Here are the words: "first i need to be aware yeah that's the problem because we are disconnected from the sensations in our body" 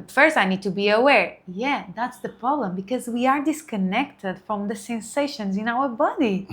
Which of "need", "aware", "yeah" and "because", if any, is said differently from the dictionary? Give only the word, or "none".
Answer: none